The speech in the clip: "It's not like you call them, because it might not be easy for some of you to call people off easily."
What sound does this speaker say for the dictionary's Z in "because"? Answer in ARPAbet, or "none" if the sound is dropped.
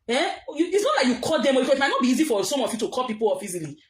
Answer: none